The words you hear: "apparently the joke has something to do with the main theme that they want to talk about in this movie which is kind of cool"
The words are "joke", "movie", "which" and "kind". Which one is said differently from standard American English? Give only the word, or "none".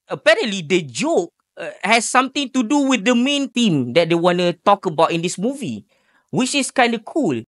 none